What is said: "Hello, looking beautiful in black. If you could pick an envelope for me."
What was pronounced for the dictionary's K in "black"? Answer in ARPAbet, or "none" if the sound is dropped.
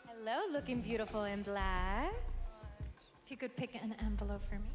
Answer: none